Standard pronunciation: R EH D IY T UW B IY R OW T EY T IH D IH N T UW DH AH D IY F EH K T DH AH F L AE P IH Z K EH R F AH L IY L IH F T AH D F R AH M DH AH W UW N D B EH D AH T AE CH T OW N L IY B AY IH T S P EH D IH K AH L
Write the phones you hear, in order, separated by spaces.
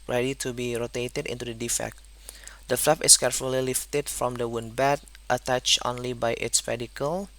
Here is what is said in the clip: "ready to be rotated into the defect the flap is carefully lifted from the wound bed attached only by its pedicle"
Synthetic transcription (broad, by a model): R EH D IY T UW B IY R OW T EY T IH D IH N T UW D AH D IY F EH K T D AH F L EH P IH S K EH R F AH L IY L IH F T AH D F R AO M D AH W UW N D B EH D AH T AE CH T OW N L IY B AY IH T S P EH D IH K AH L